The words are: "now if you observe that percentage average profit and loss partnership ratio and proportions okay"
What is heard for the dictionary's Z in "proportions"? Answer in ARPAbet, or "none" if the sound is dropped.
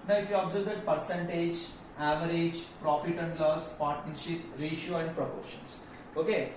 S